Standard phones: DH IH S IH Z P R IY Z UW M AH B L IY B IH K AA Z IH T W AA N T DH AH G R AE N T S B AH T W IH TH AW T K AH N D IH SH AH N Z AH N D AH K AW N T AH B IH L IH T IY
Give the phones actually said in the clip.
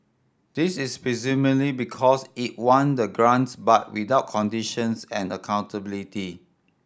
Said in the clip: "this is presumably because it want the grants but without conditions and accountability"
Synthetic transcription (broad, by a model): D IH S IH S P R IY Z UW M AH L IY B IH K AA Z IH T W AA N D AH G R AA N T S B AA T W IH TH AW T K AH N D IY SH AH N S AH N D AH K AW N T AH B IH L IH T IY